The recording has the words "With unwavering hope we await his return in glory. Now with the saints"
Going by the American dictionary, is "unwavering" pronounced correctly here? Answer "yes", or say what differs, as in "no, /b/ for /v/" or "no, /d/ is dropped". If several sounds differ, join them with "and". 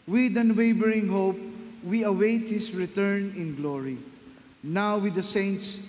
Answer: no, /b/ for /v/